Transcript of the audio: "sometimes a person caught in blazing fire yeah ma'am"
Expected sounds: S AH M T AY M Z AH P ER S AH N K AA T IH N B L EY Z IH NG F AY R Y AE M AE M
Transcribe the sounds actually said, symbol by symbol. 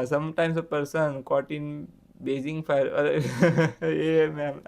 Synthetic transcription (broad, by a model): S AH M T AY M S AH P ER S AH N K AA T IH N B EY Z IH NG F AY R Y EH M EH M